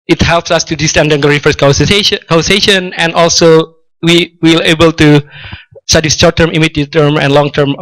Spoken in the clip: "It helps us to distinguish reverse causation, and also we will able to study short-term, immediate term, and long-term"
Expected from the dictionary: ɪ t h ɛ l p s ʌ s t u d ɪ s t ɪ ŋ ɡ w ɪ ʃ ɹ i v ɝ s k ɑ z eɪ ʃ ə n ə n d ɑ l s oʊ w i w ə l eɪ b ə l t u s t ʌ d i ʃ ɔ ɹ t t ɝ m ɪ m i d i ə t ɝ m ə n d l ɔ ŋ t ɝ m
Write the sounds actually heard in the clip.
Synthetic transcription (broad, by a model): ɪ t h ɛ l p s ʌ s t u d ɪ s t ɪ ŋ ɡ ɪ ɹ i f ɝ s k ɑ s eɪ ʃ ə n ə n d ɑ l s oʊ w i w ə l eɪ b ə l t u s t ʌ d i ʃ ɔ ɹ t t ɝ m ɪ m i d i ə t ɝ m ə n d l ɔ ŋ t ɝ m